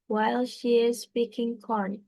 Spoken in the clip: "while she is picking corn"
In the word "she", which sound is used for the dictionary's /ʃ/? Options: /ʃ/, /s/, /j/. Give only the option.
/ʃ/